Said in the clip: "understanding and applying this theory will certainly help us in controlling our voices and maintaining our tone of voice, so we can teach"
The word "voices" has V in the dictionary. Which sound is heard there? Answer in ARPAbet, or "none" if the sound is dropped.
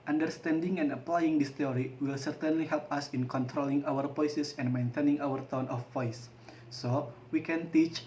P